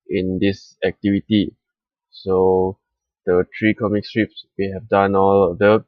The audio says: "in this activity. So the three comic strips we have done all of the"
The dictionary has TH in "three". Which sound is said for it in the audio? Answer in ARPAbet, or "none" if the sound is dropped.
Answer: T